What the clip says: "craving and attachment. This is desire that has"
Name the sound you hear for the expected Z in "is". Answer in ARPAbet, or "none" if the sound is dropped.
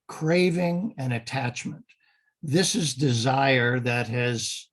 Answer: Z